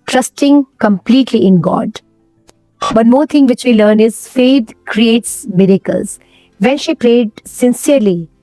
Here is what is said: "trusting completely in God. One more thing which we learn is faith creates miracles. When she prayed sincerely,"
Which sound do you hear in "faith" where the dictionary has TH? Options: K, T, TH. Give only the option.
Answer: T